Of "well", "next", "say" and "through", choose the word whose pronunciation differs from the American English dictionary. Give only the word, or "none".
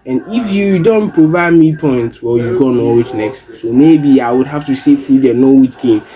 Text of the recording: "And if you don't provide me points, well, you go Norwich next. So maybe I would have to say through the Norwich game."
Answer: through